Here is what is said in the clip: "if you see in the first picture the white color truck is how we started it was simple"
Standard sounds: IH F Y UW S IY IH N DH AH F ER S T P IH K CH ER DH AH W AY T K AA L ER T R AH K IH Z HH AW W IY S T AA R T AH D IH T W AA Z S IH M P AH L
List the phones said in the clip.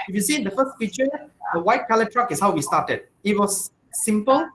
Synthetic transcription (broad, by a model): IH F Y UW S IY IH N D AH F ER S T F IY CH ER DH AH W AY T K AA L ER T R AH K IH S HH AW W IY S T AA T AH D IH T W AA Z S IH M P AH L